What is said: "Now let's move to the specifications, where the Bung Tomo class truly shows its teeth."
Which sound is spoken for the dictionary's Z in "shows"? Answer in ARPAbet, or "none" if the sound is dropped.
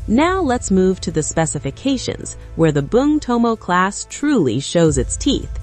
Z